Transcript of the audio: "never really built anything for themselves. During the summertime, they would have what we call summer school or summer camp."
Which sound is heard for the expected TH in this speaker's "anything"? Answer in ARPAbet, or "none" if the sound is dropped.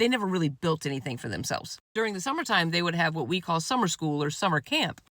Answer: TH